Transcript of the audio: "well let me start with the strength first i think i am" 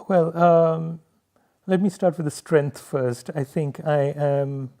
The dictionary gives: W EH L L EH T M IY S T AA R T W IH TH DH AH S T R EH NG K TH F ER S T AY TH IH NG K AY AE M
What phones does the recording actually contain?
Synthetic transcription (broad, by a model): W EH L L EH T M IY S T AA R T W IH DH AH S T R EH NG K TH F ER S T AY TH IH NG K AY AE M